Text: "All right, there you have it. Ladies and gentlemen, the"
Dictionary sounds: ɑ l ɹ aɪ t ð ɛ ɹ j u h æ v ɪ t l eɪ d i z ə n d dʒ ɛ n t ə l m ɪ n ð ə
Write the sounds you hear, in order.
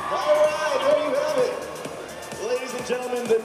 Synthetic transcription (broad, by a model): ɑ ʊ ɹ aɪ t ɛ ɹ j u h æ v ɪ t l eɪ d i z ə n dʒ ɛ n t l m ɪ n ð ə